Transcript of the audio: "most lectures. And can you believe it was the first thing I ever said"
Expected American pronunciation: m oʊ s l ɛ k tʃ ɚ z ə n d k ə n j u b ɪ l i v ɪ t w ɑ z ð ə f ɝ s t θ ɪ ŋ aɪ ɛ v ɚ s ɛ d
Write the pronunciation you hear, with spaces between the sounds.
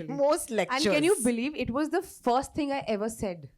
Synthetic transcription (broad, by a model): m oʊ s l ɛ k ɚ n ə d k ə n j u b ɪ l i v ɪ t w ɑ z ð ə f ɝ s t t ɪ ŋ aɪ ɛ v ɚ s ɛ d